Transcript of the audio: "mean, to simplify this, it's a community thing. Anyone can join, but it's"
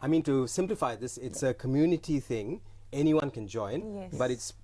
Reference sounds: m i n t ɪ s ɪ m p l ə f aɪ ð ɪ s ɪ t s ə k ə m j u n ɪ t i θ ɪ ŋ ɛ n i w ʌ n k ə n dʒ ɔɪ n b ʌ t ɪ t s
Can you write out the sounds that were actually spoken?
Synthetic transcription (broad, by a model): m i n t ɪ s ɪ m p l ə f aɪ ð ɪ s ɪ t s ə k ə m j u n ɪ t i θ ɪ ŋ ɛ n i w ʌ n k ə n dʒ ɔɪ n b ʌ t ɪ t s